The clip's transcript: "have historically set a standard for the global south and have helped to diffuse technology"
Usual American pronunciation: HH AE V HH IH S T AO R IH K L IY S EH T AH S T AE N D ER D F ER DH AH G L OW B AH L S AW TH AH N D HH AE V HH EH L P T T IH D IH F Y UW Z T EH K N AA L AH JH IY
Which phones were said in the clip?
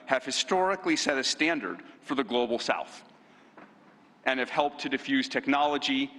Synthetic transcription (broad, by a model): HH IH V HH IH S T AO R IH K L IY S EH T AH S T AE N D ER D F ER DH AH G L OW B L S AW TH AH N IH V HH EH L P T T IH D IH F Y UW Z T EH K N AA L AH JH IY